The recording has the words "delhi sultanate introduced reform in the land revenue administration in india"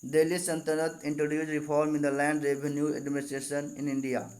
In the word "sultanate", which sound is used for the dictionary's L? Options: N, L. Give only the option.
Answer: N